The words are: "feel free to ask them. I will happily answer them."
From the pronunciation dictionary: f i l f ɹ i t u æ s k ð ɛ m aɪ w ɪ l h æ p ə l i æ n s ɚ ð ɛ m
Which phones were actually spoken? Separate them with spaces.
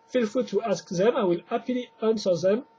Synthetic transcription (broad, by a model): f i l f u t u æ s k ð ɛ m aɪ w ɪ l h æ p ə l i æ n s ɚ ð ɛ m